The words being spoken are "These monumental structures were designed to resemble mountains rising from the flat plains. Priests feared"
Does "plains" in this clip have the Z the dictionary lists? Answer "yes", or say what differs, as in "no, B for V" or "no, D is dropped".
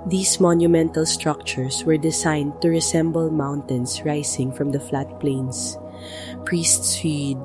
no, S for Z